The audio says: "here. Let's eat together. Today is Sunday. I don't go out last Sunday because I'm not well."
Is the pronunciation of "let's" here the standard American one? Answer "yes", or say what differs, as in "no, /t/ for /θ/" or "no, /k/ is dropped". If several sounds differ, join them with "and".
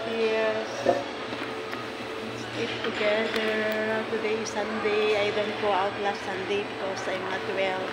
no, /s/ is dropped